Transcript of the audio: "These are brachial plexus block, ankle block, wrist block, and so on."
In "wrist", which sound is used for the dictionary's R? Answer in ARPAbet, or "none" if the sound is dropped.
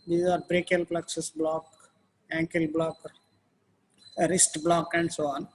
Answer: R